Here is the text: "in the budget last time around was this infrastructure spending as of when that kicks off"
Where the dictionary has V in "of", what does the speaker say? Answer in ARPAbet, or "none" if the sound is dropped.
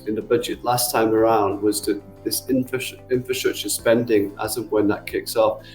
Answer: V